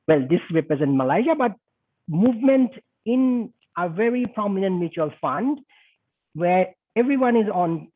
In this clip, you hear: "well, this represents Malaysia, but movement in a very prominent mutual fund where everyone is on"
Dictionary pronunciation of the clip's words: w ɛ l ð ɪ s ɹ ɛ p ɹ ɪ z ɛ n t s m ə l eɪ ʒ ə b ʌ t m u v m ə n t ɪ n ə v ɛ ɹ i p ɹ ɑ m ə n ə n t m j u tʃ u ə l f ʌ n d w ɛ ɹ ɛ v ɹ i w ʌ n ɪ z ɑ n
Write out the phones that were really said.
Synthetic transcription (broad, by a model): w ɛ l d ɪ s ɹ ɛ p ɹ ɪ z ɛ n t m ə l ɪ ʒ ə b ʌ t m u v m ə n t ɪ n ə v ɛ ɹ i p ɹ ɑ m ə n ə n t m j u tʃ u ə l f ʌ n d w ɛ ɹ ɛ v ɹ i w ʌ n ɪ z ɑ n